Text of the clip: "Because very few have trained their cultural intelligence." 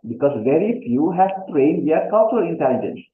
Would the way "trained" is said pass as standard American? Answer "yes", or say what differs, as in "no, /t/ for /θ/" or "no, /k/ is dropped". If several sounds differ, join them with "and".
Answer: yes